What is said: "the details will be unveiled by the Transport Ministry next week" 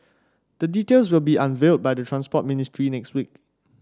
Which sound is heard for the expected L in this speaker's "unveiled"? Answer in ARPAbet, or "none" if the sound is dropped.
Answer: L